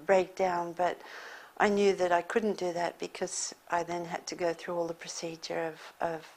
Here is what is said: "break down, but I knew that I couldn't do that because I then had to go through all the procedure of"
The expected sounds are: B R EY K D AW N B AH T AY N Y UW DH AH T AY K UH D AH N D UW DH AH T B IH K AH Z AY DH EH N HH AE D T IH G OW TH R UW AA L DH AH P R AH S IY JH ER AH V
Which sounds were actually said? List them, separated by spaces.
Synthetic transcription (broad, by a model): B R EY K D AW N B AH T AY N Y UW DH AH T AY K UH D N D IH DH AH T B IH K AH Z AY DH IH N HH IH D T IH G OW TH R UW AA L DH AH P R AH S IY JH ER AH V